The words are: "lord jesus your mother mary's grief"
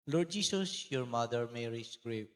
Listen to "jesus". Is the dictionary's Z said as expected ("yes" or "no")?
no